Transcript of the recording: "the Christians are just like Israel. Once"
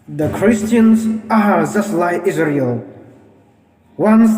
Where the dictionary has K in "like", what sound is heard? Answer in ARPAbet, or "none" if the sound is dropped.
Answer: none